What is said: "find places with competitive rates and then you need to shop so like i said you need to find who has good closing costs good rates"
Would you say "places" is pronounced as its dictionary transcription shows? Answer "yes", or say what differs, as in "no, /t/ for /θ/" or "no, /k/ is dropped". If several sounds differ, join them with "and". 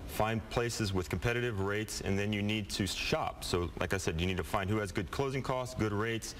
yes